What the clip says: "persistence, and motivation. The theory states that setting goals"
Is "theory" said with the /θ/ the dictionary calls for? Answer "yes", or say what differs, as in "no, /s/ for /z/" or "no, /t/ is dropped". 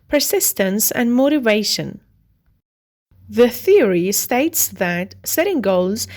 yes